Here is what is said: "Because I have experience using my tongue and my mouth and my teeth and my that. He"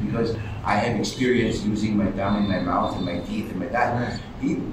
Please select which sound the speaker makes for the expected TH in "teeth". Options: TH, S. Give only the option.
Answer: TH